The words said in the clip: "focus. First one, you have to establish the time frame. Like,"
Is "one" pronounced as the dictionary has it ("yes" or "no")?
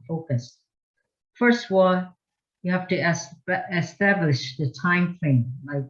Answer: no